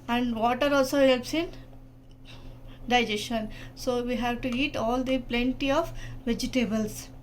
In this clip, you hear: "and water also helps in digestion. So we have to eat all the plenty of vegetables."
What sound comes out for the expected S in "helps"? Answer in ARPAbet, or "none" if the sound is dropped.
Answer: S